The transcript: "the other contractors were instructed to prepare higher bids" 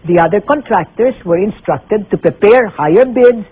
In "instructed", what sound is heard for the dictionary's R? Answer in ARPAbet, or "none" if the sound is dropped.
R